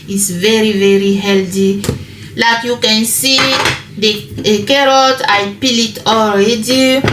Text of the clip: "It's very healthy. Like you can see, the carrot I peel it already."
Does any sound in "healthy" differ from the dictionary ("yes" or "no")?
yes